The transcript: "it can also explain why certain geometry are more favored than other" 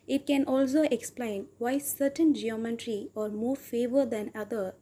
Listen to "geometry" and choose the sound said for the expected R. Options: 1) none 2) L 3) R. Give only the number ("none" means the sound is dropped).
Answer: 3